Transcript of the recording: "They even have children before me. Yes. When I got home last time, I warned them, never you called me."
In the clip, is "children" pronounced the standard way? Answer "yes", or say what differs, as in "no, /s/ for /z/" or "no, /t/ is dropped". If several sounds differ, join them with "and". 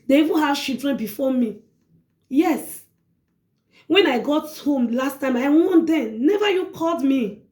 no, /ʃ/ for /tʃ/